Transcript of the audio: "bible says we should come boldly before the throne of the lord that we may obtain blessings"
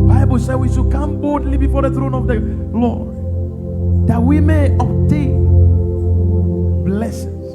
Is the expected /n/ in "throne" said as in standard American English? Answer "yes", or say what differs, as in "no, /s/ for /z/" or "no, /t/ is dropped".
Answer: yes